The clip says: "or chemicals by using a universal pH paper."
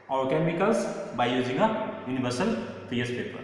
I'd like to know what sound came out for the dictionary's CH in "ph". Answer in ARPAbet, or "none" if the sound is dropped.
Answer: S